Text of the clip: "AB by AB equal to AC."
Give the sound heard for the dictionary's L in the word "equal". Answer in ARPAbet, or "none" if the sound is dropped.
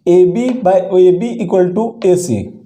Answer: L